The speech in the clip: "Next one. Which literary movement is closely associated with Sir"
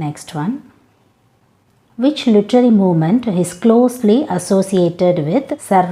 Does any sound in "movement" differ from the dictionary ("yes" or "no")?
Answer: no